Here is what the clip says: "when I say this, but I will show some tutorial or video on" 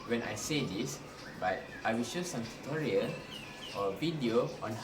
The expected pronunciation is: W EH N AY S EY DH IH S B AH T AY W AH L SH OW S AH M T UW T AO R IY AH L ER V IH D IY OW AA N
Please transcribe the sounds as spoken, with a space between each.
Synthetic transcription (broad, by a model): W EH N AY S EY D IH S B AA T AY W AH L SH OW S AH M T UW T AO R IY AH N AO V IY D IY OW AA N